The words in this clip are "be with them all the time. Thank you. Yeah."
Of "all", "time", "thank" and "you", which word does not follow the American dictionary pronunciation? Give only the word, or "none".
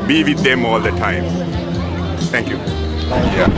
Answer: thank